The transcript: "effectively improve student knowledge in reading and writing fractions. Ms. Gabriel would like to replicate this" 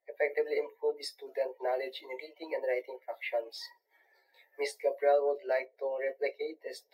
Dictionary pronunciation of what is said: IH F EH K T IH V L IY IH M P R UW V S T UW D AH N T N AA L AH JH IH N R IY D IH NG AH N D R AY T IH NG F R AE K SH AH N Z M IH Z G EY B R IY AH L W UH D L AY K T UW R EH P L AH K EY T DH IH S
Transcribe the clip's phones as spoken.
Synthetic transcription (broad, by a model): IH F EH K T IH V L IY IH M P UW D S T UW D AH N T N AA L AH JH IH N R IY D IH NG AH N D R AY T IH NG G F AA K SH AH N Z M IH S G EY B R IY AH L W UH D L AY K T UW R EH P L AH K EY T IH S